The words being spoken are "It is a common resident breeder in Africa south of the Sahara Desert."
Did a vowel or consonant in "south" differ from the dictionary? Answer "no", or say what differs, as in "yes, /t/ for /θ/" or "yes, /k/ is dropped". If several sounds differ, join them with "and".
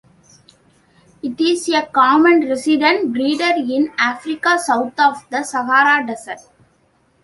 yes, /t/ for /θ/